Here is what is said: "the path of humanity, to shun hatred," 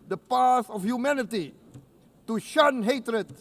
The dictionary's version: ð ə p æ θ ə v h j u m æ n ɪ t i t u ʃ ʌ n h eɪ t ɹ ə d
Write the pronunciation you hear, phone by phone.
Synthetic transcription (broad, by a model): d ə p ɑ s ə f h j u m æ n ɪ t i t u ʃ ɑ n h eɪ t ɹ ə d